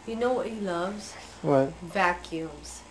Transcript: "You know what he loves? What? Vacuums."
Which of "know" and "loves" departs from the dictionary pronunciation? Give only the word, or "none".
none